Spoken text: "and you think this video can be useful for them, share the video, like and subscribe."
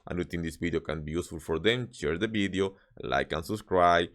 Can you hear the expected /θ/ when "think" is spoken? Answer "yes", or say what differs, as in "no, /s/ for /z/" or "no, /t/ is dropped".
no, /t/ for /θ/